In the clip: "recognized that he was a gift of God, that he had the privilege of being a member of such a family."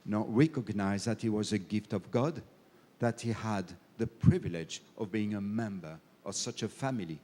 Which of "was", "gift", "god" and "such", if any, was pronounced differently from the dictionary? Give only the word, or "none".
none